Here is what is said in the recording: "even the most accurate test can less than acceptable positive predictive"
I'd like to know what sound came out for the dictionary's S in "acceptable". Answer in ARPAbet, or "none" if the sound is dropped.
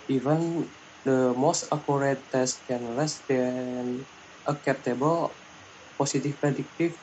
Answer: none